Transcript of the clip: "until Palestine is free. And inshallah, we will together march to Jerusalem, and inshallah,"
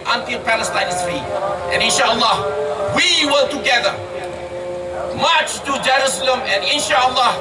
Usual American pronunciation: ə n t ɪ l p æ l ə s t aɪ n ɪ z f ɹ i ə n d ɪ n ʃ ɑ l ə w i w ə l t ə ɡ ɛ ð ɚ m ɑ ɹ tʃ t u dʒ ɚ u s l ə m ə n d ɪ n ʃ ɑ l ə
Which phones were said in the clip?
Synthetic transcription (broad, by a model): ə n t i p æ l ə s t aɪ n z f i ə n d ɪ n ʃ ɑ l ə w i w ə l t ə ɡ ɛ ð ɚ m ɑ tʃ t u dʒ ɚ u s l ə m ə n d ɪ n ʃ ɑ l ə